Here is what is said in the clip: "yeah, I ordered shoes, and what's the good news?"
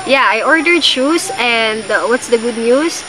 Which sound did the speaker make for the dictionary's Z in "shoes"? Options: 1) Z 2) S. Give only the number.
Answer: 2